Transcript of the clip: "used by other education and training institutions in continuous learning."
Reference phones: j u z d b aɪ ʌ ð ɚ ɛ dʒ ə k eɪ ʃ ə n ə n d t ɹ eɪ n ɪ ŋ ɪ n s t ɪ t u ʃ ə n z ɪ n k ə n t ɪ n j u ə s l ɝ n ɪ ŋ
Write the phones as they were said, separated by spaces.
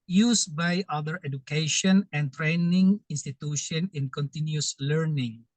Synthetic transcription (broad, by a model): j u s b aɪ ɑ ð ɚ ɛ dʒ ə k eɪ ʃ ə n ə n t ɹ eɪ n ɪ ŋ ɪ n s t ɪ t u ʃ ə n ɪ n k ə n t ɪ n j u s l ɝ n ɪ ŋ